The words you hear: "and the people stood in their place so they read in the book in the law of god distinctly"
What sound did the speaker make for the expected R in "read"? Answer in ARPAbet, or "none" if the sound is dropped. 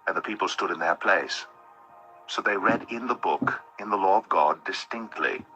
R